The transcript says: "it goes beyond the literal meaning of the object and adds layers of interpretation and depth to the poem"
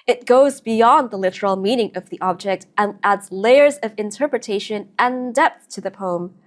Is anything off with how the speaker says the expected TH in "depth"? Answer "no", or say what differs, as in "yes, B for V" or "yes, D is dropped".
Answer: no